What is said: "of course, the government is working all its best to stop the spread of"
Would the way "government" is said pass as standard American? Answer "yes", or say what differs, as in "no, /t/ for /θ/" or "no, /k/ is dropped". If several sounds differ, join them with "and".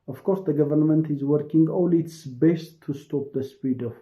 yes